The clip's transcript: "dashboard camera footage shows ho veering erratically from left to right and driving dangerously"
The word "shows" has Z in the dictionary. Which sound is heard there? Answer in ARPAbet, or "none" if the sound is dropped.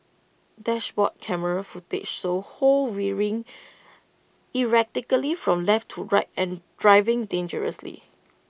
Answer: none